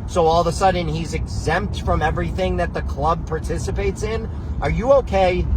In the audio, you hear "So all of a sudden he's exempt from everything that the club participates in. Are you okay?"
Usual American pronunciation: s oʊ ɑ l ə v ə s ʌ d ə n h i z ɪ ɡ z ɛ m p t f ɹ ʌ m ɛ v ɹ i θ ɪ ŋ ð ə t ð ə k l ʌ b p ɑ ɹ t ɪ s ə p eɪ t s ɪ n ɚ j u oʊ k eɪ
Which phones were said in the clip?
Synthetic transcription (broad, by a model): s oʊ ɑ l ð ə s ʌ d n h i z ɪ ɡ z ɛ m p t f ɹ ʌ m ɛ v ɹ i θ ɪ ŋ ð ə t ð ə k l ʌ b p ɑ ɹ t ɪ s ə p eɪ t s ɪ n ɚ j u oʊ k eɪ